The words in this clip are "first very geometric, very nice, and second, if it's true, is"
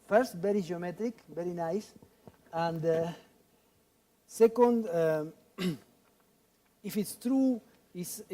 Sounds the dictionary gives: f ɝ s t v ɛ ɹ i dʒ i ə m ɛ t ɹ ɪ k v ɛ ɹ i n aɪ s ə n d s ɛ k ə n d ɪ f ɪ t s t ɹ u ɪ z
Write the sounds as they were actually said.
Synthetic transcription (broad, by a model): f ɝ s t v ɛ ɹ i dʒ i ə m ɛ t ɹ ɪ k v ɛ ɹ i n aɪ s ə n d s ɛ k ə n d ɪ f ɪ t s t ɹ u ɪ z